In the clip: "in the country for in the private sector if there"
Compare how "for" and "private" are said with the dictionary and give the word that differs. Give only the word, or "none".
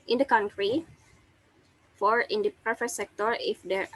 private